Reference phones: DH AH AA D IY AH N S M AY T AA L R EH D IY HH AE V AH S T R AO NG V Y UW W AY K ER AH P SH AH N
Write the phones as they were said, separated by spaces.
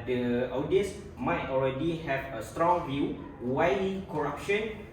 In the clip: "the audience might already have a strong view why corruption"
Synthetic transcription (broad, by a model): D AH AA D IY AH S M AY T AA L R EH D IY HH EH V AH S T R AO NG V Y UW W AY K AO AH P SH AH N